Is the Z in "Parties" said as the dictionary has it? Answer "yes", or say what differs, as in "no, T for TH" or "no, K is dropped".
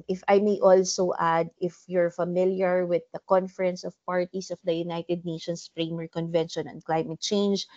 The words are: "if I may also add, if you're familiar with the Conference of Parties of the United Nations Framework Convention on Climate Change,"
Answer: no, S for Z